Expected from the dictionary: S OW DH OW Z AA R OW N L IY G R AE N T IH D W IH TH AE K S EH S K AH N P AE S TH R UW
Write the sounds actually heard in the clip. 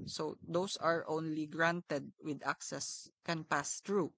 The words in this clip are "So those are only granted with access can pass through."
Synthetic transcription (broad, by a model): S OW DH OW S AA R OW N L IY G R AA N T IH D W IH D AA K S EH S K AH N P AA S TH R UW